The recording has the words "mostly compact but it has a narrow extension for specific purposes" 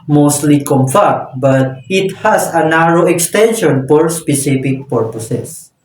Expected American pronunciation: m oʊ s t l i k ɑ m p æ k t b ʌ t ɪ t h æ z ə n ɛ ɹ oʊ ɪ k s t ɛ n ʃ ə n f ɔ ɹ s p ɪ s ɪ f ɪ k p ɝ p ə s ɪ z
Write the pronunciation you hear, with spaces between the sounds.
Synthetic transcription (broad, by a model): m oʊ s t l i k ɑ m f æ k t b ʌ t ɪ t h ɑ s ə n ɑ ɹ oʊ ɪ k s t ɛ n ʃ ə n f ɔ ɹ s p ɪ s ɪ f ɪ k p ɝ p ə s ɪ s